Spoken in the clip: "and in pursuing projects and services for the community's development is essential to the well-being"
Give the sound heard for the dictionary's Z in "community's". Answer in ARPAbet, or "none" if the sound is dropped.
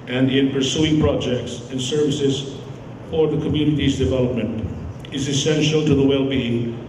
Z